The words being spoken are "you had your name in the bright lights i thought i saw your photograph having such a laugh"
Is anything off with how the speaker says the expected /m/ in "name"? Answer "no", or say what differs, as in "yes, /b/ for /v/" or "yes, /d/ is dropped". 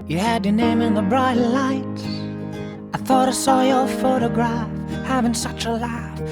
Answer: no